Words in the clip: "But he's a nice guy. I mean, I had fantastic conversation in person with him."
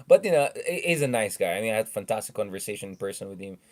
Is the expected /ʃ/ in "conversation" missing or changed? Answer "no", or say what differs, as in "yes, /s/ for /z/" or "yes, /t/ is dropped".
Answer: yes, /ʃ/ is dropped